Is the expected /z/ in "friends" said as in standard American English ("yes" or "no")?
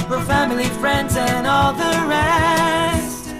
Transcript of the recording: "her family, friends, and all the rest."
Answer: yes